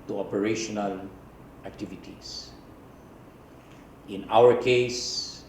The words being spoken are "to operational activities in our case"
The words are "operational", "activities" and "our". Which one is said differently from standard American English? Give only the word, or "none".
activities